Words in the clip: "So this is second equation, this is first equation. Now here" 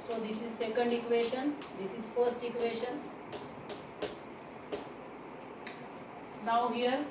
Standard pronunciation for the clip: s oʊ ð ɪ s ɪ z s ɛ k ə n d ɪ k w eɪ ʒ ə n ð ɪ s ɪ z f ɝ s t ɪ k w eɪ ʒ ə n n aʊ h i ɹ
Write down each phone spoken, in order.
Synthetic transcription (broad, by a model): s oʊ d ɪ s ɪ z s ɛ k ə n d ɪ k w eɪ ʃ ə n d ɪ s ɪ z f ɝ s t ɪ k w eɪ ʃ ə n n aʊ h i ɹ